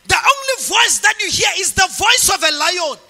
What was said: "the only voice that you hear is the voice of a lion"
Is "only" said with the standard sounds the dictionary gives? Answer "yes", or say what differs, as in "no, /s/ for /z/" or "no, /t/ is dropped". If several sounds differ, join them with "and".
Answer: yes